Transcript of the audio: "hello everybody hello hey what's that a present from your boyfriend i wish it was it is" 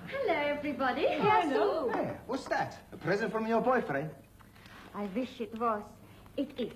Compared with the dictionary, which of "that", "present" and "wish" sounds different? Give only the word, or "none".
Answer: none